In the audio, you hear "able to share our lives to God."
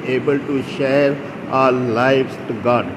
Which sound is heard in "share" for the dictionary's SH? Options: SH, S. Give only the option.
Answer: SH